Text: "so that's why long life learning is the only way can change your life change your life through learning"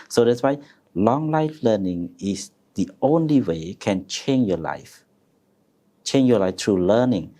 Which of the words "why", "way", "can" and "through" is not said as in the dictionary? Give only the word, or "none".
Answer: through